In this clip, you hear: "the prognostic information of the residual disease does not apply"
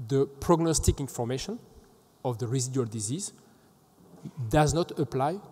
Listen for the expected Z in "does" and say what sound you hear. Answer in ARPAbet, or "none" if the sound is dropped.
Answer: Z